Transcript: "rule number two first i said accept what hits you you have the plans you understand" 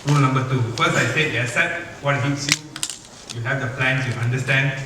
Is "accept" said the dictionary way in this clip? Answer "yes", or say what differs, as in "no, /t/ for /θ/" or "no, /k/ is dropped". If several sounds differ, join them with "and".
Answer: no, /k/ is dropped and /p/ is dropped